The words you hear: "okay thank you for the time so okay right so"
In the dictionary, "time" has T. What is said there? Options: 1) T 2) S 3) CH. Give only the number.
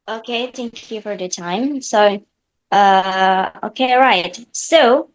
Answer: 1